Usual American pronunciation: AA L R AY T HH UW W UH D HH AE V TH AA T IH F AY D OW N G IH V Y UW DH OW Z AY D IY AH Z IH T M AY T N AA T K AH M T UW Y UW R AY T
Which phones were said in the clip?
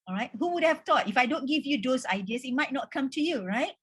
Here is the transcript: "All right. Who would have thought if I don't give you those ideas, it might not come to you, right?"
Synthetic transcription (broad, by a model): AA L R AY T HH UW W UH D HH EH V T AA T IH F AY D OW N G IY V Y UW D OW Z AY D IY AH S IH T M AY T N AA T K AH M T UW Y UW R AY T